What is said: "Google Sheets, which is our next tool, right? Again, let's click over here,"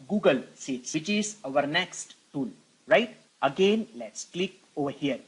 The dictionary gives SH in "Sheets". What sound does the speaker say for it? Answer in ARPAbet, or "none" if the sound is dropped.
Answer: S